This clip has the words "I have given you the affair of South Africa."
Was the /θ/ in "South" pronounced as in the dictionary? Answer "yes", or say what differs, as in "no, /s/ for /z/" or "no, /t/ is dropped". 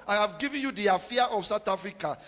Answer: no, /t/ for /θ/